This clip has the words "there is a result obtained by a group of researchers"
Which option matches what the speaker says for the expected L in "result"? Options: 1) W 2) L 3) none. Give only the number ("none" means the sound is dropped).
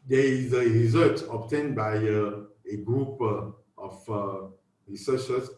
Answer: 3